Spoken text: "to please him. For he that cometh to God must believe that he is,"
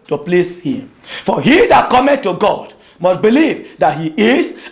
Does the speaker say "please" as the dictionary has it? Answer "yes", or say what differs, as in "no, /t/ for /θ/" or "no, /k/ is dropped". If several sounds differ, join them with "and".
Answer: no, /s/ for /z/